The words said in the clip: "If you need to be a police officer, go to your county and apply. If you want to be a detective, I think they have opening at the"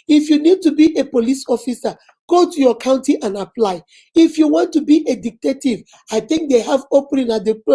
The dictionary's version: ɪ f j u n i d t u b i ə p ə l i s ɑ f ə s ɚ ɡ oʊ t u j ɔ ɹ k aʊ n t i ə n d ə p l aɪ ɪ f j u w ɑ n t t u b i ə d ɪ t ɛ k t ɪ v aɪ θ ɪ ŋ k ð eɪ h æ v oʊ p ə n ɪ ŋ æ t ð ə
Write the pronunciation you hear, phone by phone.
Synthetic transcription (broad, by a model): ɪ f j u n i d t u b i ə p ə l i s ɑ f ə s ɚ ɡ oʊ t u j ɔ k aʊ n t i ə n ə p l aɪ ɪ f j u w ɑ n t t u b i ə d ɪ t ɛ t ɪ v aɪ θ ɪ ŋ k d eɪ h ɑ v oʊ p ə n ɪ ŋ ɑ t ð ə